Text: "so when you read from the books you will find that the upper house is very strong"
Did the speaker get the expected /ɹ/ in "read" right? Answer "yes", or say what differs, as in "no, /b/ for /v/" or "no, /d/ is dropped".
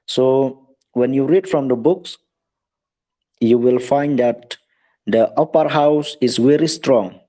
yes